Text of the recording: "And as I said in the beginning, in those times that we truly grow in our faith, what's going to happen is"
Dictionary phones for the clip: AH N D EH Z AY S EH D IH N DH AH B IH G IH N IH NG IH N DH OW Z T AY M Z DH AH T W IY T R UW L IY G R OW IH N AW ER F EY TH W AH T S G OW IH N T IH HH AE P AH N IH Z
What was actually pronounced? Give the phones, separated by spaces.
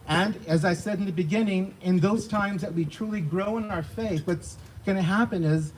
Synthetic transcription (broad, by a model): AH N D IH Z AY S EH D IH N DH AH B IH G IH N IH NG IH N DH OW Z T AY M Z DH AH T W IY T R UW L IY G R OW IH N AW ER F EY TH W AH T S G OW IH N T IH HH AE P AH N IH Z